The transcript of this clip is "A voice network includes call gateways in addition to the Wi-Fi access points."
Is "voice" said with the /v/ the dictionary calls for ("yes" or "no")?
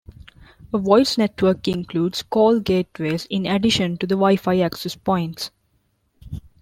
yes